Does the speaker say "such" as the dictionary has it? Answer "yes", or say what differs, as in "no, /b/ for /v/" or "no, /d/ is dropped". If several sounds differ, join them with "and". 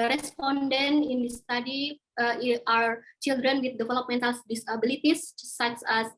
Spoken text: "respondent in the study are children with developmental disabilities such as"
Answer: no, /s/ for /tʃ/